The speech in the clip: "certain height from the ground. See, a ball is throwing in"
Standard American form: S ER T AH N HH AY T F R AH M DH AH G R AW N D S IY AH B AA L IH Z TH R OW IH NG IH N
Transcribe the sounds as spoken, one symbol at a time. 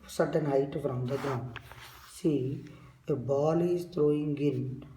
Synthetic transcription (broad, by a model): S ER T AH N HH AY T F R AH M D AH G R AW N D S IY AH B AA L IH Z T R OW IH NG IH N